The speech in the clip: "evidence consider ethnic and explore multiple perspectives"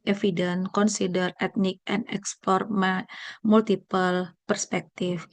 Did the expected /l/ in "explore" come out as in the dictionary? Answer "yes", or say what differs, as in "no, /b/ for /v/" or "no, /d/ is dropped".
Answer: no, /l/ is dropped